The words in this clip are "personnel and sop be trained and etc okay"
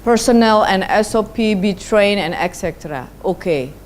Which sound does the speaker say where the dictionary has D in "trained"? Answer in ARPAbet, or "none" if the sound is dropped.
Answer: none